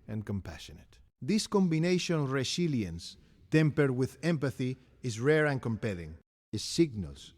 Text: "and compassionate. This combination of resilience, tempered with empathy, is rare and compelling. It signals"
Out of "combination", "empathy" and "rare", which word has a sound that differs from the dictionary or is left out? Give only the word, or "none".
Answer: none